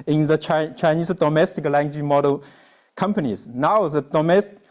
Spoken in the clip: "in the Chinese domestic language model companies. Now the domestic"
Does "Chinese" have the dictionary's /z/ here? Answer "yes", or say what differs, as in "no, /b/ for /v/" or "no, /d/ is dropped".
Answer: no, /s/ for /z/